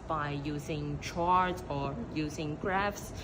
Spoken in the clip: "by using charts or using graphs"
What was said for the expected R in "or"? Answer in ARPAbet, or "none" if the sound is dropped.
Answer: R